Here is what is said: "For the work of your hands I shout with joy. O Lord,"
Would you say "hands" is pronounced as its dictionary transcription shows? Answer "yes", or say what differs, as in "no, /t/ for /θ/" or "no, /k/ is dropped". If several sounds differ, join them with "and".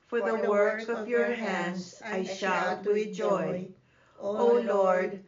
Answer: no, /s/ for /z/